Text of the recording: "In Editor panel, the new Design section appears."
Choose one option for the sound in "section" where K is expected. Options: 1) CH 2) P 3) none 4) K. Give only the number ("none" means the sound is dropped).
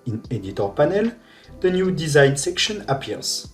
4